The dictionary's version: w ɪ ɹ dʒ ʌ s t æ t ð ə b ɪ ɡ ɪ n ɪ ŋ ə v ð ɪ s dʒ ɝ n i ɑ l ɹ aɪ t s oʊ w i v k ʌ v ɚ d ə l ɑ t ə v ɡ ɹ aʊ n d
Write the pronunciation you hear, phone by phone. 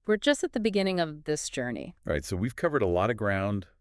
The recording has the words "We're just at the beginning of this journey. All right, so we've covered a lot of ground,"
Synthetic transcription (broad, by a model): w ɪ ɹ dʒ ʌ s t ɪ t ð ə b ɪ ɡ ɪ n ɪ ŋ ə v ð ɪ s dʒ ɝ n i ɹ aɪ t s oʊ w i v k ʌ v ɚ d ə l ɑ t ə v ɡ ɹ aʊ n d